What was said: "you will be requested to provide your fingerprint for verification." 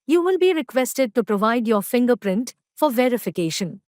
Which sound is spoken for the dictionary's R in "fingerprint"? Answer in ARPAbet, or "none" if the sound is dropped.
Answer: R